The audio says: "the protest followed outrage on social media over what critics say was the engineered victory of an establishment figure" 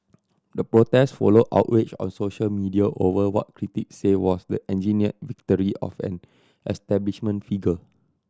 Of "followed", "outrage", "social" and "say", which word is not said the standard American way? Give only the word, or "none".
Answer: outrage